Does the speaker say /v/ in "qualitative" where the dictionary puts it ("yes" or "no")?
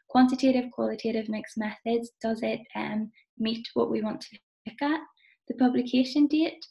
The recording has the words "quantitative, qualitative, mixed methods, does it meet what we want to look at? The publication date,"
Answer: yes